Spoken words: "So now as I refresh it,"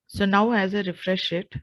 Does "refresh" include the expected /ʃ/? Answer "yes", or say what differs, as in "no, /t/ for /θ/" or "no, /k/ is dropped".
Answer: yes